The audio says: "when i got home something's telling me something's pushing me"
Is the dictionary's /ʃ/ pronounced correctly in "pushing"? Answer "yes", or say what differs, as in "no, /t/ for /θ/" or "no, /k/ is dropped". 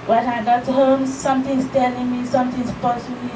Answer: no, /s/ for /ʃ/